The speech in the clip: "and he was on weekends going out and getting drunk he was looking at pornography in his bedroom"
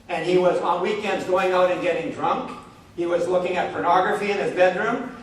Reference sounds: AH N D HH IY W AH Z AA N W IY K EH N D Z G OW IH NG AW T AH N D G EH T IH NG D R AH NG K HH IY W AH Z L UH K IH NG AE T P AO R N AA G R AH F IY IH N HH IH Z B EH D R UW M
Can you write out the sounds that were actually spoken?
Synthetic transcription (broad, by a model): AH N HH IY W AH Z N W IY K EH N D Z G OW IH NG AW T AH N G EH T IH NG D R AH NG K HH IY W AH Z L UH K IH NG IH T P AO R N AA G R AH F IY IH N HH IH Z B EH D R UW M